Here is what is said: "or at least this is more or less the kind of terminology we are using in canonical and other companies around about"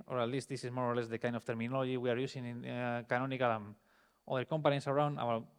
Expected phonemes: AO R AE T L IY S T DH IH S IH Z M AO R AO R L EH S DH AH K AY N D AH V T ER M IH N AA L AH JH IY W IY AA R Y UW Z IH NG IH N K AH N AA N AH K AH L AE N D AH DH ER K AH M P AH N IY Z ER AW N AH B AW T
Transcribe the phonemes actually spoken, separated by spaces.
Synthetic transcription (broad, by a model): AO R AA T L IY S T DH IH S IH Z M AO R AO R L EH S DH AH K AY N D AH F T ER M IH N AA L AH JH IY W IY AA R Y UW S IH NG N K AH N AA N AH K AH L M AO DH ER K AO M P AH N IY S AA AW N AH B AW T